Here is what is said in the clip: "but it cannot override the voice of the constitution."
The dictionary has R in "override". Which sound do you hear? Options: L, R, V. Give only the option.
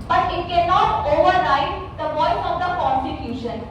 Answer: L